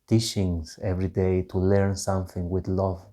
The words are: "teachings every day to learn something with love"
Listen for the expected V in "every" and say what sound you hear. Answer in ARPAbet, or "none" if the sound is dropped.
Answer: V